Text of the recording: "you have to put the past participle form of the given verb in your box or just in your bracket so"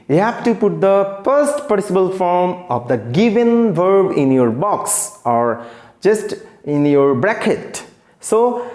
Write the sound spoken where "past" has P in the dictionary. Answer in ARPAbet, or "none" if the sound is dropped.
F